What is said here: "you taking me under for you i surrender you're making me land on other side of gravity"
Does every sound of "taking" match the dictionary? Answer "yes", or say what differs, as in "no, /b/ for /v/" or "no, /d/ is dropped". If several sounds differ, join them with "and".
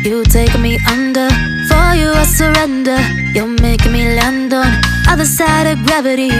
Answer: no, /k/ is dropped